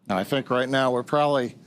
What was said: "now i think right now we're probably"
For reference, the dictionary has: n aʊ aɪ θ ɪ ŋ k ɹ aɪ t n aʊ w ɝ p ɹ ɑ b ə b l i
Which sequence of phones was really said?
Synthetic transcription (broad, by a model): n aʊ aɪ θ ɪ ŋ k ɹ aɪ t n aʊ w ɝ p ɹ ɑ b ə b l i